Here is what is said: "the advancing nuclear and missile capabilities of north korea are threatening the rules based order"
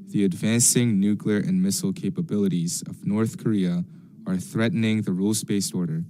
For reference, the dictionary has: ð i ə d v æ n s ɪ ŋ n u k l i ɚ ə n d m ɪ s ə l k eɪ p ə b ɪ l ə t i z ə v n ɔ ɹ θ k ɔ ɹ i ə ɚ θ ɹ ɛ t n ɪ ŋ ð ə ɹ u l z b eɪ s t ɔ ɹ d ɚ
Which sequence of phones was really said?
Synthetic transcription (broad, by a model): ð i ə d v æ n s ɪ ŋ n u k l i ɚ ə n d m ɪ s l k eɪ p ə b ɪ l ə t i z ə v n ɔ ɹ θ k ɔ ɹ i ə ɚ θ ɹ ɛ t n ɪ ŋ ð ə ɹ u l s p eɪ s ɔ ɹ d ɚ